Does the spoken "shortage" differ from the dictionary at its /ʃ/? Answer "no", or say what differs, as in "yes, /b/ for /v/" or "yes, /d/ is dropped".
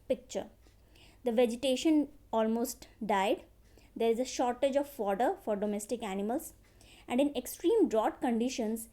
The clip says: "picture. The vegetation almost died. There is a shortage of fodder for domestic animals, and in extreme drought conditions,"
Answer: no